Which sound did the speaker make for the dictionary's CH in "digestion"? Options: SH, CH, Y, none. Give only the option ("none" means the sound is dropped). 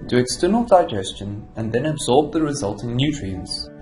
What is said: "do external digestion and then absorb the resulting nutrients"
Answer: CH